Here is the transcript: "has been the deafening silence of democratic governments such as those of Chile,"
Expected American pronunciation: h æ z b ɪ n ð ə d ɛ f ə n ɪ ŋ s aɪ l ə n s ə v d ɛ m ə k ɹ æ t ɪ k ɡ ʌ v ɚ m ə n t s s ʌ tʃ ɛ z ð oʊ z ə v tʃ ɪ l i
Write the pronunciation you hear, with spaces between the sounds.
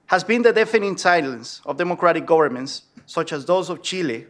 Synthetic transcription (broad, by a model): h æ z b ɪ n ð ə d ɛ f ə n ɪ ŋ s aɪ l ə n s ə v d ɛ m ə k ɹ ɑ t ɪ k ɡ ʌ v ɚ m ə n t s s ʌ tʃ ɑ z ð oʊ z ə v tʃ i l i